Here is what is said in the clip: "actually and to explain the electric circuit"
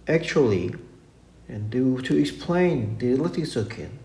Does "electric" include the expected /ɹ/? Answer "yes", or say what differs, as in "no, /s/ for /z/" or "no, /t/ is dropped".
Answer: no, /ɹ/ is dropped